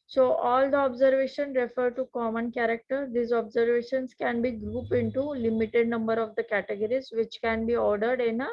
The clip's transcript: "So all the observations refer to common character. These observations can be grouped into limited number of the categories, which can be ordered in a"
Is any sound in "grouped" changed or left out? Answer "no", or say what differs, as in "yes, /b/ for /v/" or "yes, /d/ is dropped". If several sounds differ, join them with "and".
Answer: yes, /t/ is dropped